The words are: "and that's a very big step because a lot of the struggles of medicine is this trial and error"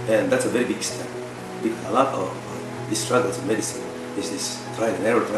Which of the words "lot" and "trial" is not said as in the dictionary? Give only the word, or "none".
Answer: trial